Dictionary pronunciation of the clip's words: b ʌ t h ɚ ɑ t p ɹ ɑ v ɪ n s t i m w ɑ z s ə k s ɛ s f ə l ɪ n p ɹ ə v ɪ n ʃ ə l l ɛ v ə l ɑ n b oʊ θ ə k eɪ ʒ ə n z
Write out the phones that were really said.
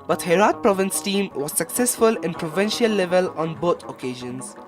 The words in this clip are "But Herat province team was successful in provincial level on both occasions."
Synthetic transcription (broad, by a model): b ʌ t h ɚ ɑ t p ɹ ɑ v ɪ n s t i m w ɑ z s ə k s ɛ s f ə l ɪ n p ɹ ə v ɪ n ʃ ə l l ɛ v ə l ɑ n b oʊ t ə k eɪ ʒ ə n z